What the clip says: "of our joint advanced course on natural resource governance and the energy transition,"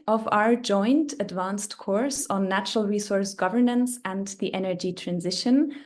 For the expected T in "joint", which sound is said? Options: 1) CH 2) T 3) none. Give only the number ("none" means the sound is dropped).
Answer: 2